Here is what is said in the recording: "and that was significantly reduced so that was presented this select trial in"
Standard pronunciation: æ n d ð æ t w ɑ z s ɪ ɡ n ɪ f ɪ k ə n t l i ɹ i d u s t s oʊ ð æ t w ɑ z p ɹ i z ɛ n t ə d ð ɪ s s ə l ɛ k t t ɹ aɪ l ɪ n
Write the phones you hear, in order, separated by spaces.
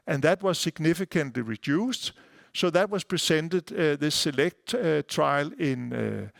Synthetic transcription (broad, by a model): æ n ð æ t w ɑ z s ɪ ɡ n ɪ f ɪ k ə n t l i ɹ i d u s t s oʊ ð æ t w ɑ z p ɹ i s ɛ n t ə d ð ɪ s s ə l ɛ k t t ɹ aɪ l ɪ n